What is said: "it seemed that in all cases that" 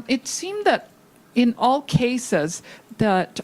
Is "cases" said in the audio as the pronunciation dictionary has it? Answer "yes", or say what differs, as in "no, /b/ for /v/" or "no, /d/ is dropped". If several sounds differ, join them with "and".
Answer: yes